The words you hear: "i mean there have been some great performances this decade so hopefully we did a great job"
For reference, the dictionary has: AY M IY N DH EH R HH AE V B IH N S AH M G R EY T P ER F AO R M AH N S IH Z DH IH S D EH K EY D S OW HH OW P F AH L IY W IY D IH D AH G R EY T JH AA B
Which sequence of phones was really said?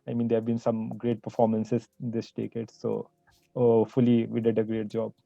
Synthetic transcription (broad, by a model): AY M IY N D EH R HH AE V B IH N S AH M G R EY T P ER F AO R M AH N S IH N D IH S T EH K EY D S OW OW F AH L IY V IY D IH D AH G R EY T JH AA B